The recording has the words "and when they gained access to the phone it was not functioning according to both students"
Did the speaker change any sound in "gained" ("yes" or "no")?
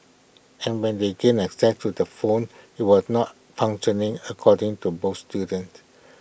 yes